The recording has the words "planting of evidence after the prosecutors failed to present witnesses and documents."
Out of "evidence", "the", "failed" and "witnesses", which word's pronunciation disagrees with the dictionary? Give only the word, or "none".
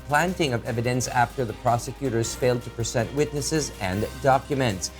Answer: none